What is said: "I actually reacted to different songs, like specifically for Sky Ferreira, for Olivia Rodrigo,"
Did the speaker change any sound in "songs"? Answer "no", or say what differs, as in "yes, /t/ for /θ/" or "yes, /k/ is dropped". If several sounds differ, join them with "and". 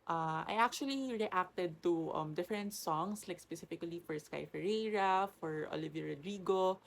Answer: yes, /s/ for /z/